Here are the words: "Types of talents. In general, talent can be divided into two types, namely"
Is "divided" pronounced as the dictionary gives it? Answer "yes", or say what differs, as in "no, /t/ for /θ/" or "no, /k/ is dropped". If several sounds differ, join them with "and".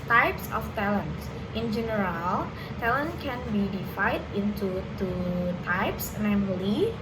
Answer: no, /f/ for /v/